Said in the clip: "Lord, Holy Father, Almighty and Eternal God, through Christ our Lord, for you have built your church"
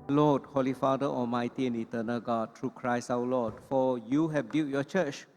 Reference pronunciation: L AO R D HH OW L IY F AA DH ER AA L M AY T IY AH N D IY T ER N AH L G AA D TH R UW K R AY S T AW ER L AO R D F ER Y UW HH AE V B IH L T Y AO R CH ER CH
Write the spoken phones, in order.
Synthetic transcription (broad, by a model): L AO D HH OW L IY F AA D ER AA L M AY T IY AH N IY T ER N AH L G AA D T R UW K R AY S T AW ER L AO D F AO Y UW HH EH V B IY T Y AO CH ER CH